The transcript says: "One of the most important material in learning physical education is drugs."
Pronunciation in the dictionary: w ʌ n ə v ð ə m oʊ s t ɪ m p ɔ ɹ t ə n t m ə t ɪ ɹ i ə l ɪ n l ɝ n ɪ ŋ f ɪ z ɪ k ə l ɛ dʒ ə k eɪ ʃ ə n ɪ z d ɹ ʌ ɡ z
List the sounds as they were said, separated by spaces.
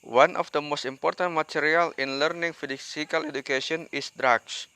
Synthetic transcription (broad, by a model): w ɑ n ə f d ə m oʊ s t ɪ m p ɔ ɹ t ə n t m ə t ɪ ɹ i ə l ɪ n l ɝ n ɪ ŋ f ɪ s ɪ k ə l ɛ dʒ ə k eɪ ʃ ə n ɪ s d ɹ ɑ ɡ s